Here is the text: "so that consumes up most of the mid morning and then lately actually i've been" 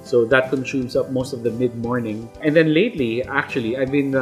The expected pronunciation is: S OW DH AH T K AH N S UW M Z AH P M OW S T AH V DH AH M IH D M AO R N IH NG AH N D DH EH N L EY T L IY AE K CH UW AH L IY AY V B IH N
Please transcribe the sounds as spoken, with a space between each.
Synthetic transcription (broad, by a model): S OW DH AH T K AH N SH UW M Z AH P M OW S T AH V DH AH M IH D M AO R N IH NG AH N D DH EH N L EY T L IY AE K CH UW AH L IY AY V B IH N